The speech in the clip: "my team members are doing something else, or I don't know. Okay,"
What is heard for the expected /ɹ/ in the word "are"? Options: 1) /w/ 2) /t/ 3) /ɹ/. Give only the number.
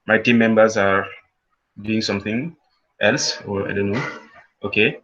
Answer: 3